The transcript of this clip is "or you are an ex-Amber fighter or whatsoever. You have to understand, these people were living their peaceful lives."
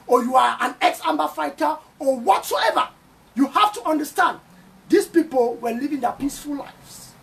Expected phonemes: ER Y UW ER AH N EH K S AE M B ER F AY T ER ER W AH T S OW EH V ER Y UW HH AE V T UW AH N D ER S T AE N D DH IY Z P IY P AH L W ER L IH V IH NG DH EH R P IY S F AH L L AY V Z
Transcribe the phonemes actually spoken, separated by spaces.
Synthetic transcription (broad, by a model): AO Y UW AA AH N EH K S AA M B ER F AY T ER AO W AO T S OW EH V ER Y UW HH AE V T UW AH N D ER S T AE N D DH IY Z P IY P AH L W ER L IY V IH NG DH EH P IY S F AH L L AY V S